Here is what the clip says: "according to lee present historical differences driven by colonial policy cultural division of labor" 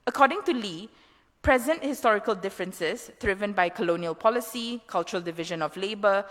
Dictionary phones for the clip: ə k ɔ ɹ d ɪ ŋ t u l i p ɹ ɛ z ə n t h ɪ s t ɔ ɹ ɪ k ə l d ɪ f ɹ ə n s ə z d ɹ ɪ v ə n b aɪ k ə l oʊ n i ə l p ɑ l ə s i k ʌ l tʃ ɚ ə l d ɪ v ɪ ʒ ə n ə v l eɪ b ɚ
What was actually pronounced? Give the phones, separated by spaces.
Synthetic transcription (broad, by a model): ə k ɔ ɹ d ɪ ŋ t u l i p ɹ ɛ z ə n t h ɪ s t ɔ ɹ ɪ k ə l d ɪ f ɹ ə n s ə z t ɹ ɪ v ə n b aɪ k ə l oʊ n i ə l p ɑ l ə s i k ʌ l tʃ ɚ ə l d ɪ v ɪ ʒ ə n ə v l eɪ b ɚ